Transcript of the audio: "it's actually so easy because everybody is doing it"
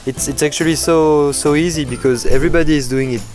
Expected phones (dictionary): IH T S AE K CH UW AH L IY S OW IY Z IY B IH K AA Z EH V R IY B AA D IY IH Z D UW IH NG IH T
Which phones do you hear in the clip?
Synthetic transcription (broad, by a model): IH T S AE K CH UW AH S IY S OW IY Z IY B IH K AA Z EH V R IY B AA D IY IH Z D UW IH NG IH T